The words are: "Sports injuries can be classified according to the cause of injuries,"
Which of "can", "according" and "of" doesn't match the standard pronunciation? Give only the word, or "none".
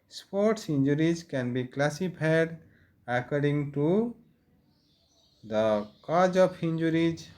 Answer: of